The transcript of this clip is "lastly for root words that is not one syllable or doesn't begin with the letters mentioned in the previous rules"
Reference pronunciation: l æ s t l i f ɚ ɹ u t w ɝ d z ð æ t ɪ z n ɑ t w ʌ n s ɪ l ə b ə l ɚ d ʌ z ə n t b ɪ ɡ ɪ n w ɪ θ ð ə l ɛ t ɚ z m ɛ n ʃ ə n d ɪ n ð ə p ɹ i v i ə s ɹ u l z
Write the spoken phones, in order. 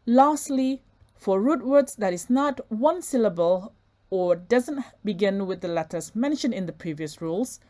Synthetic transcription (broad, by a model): l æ s t l i f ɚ ɹ u t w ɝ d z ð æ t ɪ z n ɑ t w ʌ n s ɪ l ə b ə l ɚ d ʌ z ə n t b ɪ ɡ ɪ n w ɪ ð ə l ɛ t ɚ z m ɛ n ʃ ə n ɪ n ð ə p ɹ i v i ə s ɹ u l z